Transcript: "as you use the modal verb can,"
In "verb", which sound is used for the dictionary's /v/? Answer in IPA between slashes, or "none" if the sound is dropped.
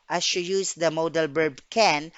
/b/